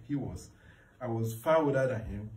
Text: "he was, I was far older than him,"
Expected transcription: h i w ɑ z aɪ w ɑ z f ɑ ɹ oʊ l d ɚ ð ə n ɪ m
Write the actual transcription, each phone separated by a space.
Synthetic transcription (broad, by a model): h i w ɑ z aɪ w ɑ z f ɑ w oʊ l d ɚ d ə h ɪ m